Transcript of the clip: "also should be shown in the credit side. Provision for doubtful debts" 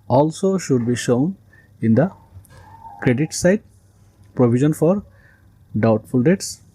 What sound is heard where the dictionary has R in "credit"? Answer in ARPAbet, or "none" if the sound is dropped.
R